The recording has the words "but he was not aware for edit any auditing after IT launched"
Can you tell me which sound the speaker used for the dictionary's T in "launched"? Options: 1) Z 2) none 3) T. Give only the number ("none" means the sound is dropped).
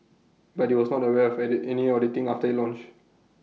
2